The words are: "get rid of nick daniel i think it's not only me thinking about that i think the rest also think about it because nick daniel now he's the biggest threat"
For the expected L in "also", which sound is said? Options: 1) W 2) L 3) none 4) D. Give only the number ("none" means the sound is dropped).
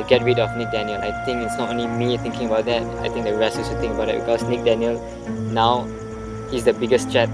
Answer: 3